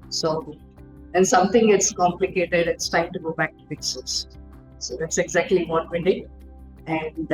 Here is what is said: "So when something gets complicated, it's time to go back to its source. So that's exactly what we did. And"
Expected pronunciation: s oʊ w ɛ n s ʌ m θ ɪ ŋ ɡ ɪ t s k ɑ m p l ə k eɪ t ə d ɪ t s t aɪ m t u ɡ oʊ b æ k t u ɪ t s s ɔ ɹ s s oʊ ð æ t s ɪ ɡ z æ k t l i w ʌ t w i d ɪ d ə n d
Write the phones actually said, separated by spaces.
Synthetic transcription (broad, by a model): s oʊ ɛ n s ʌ m t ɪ ŋ ɡ ɪ t s k ɑ m p l ə k eɪ t ə d ɪ t s t aɪ m t u ɡ oʊ b æ k t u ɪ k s s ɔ l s s oʊ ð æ t s ɪ ɡ z æ k t l i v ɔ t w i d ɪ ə n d